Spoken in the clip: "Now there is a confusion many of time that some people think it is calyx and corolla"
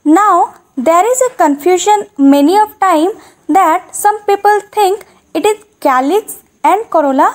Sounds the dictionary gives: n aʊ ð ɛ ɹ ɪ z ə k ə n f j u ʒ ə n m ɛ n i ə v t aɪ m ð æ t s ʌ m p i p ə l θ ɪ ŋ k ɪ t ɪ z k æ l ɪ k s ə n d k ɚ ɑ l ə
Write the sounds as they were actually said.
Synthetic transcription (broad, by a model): n aʊ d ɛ ɹ ɪ z ə k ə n f j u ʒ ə n m ɛ n i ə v t aɪ m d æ t s ʌ m p i p ə l t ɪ ŋ k ɪ t ɪ z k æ l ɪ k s ə n d k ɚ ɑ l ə